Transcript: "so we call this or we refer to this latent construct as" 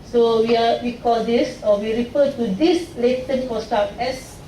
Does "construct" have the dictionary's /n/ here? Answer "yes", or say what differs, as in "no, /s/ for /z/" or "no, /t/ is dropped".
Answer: no, /n/ is dropped